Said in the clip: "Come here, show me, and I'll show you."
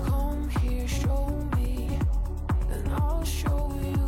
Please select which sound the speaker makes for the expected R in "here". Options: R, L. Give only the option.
R